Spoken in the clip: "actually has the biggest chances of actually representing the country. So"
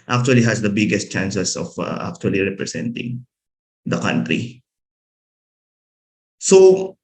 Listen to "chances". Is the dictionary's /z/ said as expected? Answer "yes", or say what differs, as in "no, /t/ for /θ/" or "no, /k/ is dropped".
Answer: no, /s/ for /z/